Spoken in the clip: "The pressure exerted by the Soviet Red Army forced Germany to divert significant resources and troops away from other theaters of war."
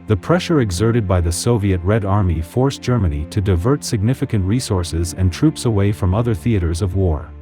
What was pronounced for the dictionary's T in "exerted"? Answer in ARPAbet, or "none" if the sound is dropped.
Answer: T